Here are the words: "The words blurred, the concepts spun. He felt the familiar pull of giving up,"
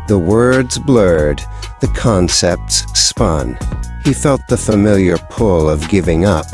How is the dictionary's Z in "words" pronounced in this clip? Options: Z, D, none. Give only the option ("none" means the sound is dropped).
Z